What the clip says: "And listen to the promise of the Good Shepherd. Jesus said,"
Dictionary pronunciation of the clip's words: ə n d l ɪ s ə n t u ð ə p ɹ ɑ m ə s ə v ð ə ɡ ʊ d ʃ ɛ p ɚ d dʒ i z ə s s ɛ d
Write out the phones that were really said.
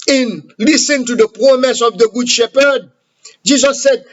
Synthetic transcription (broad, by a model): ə n l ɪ s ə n t u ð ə p ɹ ɑ m ə s ə v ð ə ɡ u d ʃ ɛ p ɚ d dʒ i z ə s s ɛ d